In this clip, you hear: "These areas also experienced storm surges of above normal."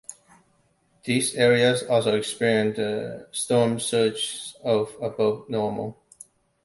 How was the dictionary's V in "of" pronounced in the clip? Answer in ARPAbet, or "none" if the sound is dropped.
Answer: B